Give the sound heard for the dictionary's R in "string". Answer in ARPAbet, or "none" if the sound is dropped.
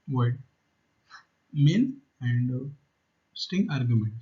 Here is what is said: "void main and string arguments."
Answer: none